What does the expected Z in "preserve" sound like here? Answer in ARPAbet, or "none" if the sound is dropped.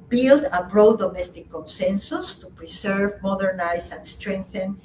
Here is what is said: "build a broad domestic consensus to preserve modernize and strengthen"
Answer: S